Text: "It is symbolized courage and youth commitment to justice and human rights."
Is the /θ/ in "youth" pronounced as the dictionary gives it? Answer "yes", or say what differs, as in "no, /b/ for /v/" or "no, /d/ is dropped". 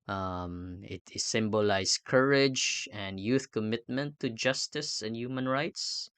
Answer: yes